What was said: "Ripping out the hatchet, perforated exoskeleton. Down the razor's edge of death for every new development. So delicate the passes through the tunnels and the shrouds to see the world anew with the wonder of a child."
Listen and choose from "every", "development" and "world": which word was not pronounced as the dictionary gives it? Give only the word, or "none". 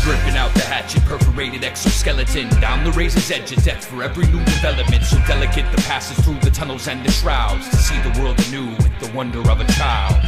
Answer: none